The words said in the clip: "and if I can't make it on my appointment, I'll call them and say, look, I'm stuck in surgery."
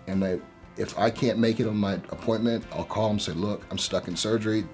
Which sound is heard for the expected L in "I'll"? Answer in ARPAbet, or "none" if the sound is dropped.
L